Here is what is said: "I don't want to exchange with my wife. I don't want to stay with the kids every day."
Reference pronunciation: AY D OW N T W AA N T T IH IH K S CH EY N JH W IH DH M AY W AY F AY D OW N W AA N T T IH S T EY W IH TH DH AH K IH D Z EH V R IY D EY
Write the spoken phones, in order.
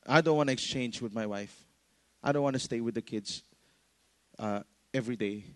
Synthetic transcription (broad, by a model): AY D OW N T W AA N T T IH IH K S CH EY N JH W IH DH M AY W AY F AY D OW N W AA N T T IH S T EY W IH DH AH K IH D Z EH V R IY D EY